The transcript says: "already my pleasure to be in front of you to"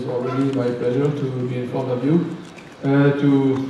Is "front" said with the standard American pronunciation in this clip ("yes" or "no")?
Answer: no